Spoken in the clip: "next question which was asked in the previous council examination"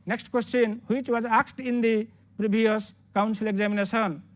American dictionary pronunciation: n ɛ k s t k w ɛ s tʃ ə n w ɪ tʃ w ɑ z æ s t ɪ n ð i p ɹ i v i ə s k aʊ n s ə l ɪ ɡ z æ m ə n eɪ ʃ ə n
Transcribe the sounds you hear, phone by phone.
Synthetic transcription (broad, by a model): n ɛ k s t k w ɛ s tʃ ə n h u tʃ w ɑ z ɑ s t ɪ n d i p ɹ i b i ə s k aʊ n s ə l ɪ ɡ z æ m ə n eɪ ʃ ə n